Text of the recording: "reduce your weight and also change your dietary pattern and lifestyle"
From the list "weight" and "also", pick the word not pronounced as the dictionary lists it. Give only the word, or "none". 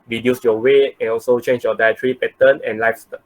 weight